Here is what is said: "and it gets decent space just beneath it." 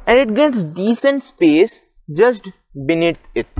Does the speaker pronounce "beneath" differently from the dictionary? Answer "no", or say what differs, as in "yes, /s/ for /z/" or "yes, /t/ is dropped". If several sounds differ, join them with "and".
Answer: yes, /t/ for /θ/